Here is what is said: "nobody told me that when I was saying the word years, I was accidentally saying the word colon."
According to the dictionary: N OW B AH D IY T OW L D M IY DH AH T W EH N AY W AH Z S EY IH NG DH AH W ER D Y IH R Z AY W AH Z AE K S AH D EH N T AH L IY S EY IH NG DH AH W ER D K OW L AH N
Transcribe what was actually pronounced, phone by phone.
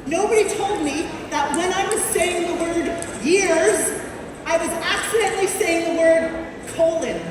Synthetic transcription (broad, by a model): N OW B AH D IY T OW L D M IY DH AH T W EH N AY W AH Z S EY IH NG DH AH W ER D Y IH R Z AY W AH Z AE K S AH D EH N T L IY S EY IH NG DH AH W ER D K OW L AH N